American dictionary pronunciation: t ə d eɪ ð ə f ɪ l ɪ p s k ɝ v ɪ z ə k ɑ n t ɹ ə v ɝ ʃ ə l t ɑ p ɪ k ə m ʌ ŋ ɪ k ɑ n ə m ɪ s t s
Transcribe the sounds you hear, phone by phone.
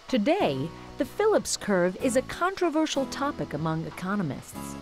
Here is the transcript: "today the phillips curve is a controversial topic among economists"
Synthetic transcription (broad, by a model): t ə d eɪ ð ə f ɪ l ɪ p s k ɝ v ɪ z ə k ɑ n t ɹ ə v ɝ ʃ l t ɑ p ɪ k ə m ʌ ŋ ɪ k ɑ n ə m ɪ s t s